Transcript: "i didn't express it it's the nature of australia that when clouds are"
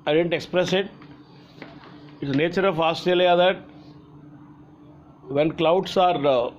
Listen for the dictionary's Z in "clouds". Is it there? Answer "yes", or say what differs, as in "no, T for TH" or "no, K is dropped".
no, S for Z